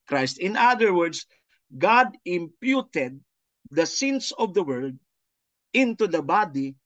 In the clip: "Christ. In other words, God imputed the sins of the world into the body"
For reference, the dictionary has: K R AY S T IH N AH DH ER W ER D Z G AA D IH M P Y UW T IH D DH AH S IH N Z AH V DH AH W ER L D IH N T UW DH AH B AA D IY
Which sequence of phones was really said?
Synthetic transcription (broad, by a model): K R AY S T IH N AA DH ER W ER D S G AA D IH M P Y UW T IH D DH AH S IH N S AH V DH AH W ER L D IH N T UW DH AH B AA D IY